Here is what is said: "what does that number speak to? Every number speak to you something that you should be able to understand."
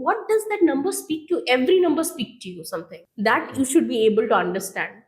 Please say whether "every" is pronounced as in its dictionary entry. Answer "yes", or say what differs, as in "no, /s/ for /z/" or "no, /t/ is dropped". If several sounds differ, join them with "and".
yes